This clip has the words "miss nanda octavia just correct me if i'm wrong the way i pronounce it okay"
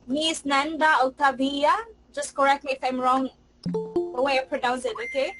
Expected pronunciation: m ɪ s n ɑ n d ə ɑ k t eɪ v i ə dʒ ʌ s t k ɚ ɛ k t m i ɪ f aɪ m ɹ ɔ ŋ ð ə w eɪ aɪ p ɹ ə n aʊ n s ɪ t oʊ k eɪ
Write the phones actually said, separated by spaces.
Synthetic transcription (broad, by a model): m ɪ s n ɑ n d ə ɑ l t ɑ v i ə dʒ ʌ s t k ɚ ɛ k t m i ɪ f aɪ m ɹ ɔ ŋ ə w eɪ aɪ p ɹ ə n aʊ n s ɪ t oʊ k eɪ